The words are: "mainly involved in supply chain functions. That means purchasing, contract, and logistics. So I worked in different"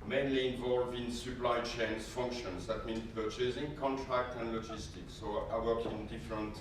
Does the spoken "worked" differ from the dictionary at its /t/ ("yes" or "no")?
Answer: yes